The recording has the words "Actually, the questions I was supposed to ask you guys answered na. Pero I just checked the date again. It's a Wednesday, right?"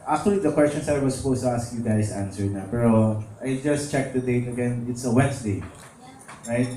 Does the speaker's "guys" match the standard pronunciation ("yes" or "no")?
no